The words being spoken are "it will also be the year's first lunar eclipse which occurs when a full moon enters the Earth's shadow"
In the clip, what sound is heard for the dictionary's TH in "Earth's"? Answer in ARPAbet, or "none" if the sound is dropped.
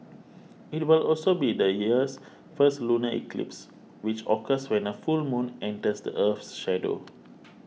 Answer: F